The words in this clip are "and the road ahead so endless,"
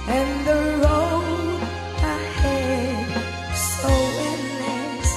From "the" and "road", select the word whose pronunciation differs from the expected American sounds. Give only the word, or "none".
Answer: road